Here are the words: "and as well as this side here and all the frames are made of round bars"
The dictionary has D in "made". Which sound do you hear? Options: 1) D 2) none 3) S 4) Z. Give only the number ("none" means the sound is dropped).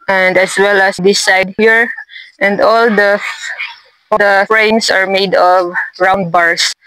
1